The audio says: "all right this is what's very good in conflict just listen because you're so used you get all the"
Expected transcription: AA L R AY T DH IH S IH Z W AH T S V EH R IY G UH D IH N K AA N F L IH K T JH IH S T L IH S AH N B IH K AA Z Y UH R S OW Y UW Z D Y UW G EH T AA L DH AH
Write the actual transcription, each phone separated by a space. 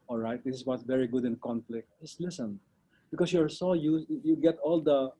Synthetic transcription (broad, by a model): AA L R AY T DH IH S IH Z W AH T V EH R IY G UH D IH N K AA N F L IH K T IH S L IH S AH N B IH K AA S Y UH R S OW Y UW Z Y UW G EH T AA L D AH